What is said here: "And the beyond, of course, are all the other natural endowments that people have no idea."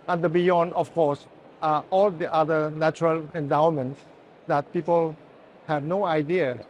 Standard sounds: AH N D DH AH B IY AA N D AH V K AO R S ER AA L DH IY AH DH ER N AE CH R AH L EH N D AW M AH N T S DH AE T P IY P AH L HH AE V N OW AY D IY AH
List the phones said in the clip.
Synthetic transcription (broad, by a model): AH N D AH B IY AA N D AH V K AO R S AA L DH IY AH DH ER N AE CH R AH L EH N D AW M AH N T S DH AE T P IY P AH L HH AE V N OW AY D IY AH